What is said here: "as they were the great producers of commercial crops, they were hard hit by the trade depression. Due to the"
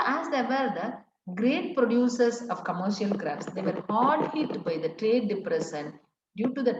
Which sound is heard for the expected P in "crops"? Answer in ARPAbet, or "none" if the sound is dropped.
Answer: F